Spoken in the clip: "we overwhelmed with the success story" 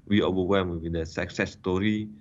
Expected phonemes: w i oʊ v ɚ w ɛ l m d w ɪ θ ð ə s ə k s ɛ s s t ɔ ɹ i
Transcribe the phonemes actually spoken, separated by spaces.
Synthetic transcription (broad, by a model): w i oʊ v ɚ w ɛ m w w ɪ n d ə s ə k s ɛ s s t ɔ ɹ i